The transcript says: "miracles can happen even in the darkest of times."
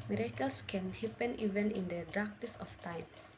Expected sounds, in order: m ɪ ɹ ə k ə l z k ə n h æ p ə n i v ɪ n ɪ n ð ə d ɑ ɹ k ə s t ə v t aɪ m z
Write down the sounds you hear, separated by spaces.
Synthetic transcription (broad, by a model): m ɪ ɹ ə k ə l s k ə n h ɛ p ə n i v ɪ n ɪ n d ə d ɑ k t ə s ə f t aɪ m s